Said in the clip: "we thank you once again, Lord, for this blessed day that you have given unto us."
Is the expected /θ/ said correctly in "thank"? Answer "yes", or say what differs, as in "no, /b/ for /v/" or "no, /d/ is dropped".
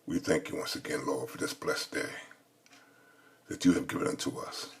yes